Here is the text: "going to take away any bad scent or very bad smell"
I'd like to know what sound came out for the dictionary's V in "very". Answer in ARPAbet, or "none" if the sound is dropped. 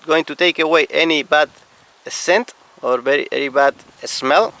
B